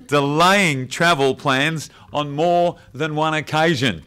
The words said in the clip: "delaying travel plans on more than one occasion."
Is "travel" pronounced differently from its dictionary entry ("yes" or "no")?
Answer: no